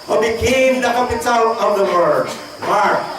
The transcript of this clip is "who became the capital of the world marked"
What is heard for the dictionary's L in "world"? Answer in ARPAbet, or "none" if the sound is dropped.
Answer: none